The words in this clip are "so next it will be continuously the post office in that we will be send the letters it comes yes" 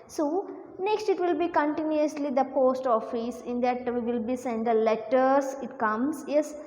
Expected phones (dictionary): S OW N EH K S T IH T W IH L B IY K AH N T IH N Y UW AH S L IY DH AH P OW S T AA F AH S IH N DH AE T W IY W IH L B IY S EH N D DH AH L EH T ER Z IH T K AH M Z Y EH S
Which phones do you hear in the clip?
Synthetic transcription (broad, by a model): S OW N EH K S T IH T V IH L B IY K AH N T IH N Y UW AH S L IY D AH P OW S T AA F AH S IH N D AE T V IY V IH L B IY S EH N D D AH L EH T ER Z IH T K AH M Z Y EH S